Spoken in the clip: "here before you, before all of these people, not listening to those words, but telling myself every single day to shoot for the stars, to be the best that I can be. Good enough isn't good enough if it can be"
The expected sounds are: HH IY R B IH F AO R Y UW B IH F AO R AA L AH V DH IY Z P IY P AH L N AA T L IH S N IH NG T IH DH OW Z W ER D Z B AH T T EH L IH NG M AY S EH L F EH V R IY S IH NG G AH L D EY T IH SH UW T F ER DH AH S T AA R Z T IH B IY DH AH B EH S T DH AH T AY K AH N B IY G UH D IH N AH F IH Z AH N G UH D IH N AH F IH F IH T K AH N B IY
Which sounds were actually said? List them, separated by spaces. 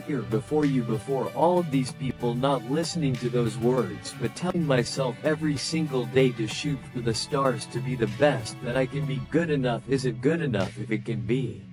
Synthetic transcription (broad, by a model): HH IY R B IH F AO R Y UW B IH F AO R AA L AH V DH IY Z P IY P L N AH T L IH S N IH NG T IH DH OW Z W ER D Z B AH T T EH L IH NG M AY S EH L F EH V R IY S IH NG G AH L D EY T IH SH UW T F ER DH AH S T AA R Z T IH B IY DH AH B EH S T DH AH T AY K AH N B IY G UH D IH N AH F IH Z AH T G UH D IH N AH F IH F IH T K AH N B IY